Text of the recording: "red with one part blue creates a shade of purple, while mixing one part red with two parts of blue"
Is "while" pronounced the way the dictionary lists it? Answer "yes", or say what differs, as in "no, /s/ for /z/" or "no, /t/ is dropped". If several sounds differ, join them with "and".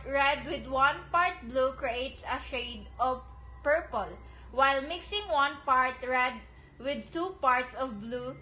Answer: yes